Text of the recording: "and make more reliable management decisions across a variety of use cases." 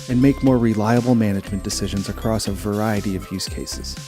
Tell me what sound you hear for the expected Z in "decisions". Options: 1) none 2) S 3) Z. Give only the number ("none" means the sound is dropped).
3